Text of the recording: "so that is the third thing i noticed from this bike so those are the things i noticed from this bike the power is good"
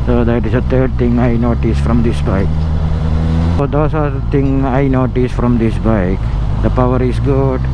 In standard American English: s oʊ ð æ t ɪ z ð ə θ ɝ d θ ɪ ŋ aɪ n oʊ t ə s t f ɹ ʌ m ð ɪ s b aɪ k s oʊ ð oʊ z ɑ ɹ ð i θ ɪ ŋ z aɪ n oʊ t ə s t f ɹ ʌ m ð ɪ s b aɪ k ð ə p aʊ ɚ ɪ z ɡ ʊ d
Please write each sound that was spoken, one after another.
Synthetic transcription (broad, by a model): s oʊ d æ t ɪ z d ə t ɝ d t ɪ ŋ aɪ n oʊ t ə s f ɹ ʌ m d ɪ s b aɪ k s oʊ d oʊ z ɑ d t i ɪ ŋ aɪ n oʊ t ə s f ɹ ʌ m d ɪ s b aɪ k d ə p aʊ ɚ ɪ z ɡ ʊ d